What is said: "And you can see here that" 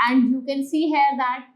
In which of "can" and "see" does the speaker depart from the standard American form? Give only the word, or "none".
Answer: can